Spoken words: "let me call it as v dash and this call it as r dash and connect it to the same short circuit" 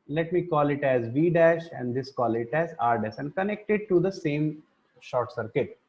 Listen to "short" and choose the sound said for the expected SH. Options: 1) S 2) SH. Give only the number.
2